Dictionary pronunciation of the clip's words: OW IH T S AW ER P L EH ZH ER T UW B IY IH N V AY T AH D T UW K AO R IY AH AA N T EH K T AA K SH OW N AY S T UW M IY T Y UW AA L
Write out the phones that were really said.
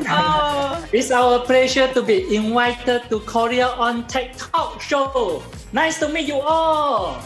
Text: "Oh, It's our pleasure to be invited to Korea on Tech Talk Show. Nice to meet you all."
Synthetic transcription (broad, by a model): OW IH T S AW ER P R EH SH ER T UW B IY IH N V AY T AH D T UW K AO R IY AH AA N T EH K T AA K SH OW N AY S T UW M IY T Y UW AA L